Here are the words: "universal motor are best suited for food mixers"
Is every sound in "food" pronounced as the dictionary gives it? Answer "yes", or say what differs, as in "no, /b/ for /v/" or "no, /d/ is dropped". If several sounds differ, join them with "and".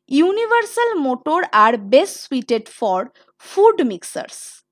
yes